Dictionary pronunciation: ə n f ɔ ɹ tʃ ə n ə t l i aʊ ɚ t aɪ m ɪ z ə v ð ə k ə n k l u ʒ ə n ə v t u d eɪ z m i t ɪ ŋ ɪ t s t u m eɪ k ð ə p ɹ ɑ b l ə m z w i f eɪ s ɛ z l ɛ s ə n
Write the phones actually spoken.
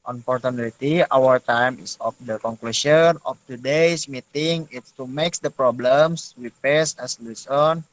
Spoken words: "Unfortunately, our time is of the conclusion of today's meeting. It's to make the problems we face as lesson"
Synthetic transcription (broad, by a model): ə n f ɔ ɹ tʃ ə n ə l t i aʊ ɚ t aɪ m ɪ s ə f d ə k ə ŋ k l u ʃ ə n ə f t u d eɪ s m i t ɪ ŋ ɪ t s t u m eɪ k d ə p ɹ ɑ b l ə m s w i p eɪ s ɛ s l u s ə n